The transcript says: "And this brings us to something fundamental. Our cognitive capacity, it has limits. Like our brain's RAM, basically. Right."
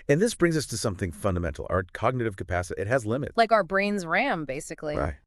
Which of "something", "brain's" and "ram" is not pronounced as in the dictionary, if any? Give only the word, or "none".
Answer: none